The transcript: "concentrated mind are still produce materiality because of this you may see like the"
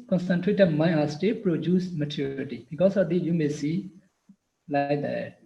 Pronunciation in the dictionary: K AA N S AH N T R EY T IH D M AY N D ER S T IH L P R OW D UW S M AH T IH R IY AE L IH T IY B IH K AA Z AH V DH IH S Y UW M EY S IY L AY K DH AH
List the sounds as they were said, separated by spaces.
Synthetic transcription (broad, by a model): K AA N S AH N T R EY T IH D M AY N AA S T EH P R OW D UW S M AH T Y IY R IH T IY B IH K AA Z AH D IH Y UW M EY S IY L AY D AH